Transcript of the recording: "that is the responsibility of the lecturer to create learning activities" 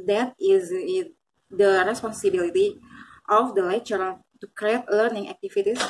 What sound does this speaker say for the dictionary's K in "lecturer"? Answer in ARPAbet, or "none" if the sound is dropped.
none